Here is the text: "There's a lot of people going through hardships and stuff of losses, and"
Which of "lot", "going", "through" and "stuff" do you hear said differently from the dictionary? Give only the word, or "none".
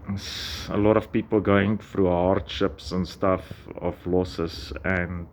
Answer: through